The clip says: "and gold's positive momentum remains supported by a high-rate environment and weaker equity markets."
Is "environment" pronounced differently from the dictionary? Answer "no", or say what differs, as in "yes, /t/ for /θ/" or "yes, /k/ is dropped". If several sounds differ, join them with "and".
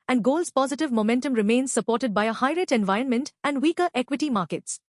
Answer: no